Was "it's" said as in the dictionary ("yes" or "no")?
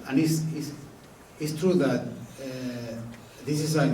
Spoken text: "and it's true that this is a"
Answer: no